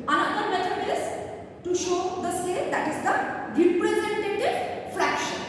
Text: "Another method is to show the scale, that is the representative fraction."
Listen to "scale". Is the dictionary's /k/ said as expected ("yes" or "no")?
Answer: no